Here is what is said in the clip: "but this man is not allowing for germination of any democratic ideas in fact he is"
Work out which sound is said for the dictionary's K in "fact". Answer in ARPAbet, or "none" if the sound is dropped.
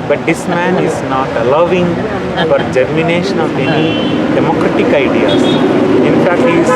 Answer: K